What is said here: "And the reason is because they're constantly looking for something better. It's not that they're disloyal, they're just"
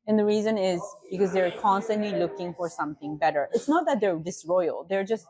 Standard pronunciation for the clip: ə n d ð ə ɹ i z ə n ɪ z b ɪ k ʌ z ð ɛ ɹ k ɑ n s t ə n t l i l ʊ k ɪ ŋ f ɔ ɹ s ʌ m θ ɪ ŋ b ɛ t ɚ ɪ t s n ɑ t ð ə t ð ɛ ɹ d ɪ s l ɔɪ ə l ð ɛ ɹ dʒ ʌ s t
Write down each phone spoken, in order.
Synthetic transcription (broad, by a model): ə n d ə ɹ i z ə n ɪ z b ɪ k ʌ z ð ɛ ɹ k ɑ n s t ə n t l i l ʊ k ɪ ŋ f ɔ ɹ s ʌ m θ ɪ ŋ b ɛ t ɚ ɪ t s n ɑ t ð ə t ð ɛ ɹ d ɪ s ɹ ɔɪ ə l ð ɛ ɹ dʒ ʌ s t